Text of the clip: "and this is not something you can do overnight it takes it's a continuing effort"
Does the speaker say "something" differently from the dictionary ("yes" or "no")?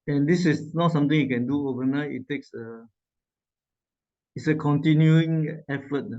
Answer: yes